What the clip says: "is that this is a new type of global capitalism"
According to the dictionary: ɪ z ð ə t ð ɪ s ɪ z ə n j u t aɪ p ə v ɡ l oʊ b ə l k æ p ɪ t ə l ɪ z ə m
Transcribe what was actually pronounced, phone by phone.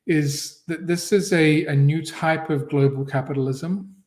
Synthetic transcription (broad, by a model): ɪ z ð ə t ð ɪ s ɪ z ə n j u t aɪ p ə v ɡ l oʊ b ə l k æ p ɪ t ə l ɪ z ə m